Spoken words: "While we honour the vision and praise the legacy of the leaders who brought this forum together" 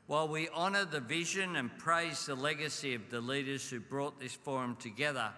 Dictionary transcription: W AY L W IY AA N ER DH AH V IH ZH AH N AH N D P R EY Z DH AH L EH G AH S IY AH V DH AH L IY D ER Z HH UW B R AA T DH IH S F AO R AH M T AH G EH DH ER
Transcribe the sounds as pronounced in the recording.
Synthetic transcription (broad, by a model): W AY L W IY AA N ER DH AH V IH ZH AH N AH N P R EY Z DH AH L EH G AH S IY AH V DH AH L IY D ER Z HH UW B R AA T DH IH S F AO R AH M T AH G EH DH ER